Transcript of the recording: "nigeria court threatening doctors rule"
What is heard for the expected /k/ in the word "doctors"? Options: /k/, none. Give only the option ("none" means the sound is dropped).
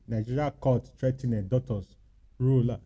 none